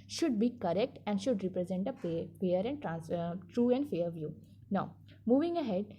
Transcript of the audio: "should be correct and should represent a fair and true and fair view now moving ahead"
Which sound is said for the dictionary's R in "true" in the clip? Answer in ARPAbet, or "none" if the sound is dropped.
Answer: R